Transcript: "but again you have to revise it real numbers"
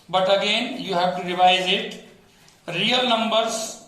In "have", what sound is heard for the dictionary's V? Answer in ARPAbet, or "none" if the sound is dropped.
B